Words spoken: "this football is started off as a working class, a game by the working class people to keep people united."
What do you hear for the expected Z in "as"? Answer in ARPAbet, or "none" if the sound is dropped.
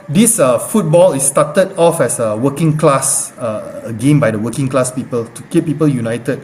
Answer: S